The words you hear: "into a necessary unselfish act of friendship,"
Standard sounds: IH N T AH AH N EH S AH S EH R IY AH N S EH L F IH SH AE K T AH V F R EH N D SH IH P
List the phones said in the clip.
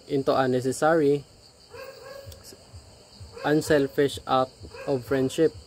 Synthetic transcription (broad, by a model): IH N T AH AH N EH S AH S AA R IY AH N S EH L F IH SH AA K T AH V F R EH N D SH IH P